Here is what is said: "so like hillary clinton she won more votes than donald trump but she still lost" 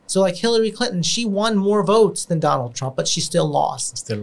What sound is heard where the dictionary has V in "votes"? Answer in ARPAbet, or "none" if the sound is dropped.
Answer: V